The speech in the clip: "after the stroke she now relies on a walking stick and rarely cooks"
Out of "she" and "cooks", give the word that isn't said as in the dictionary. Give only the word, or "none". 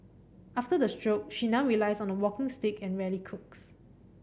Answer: none